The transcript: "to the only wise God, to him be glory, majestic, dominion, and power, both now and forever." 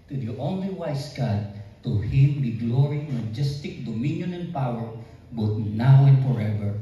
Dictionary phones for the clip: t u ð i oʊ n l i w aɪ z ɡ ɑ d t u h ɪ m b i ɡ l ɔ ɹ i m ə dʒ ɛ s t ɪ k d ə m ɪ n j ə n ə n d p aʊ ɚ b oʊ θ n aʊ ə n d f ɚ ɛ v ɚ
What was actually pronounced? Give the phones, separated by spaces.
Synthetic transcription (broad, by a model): t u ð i oʊ n l i w aɪ s ɡ ɑ d t u h ɪ m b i ɡ l ɔ ɹ i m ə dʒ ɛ s t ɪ k d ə m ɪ n j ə n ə n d p aʊ ɚ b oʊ t n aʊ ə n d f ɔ ɛ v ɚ